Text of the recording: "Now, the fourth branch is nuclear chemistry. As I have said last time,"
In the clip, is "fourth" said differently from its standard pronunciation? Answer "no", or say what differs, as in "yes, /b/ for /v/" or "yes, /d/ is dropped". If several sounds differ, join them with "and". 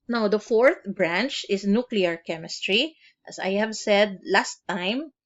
no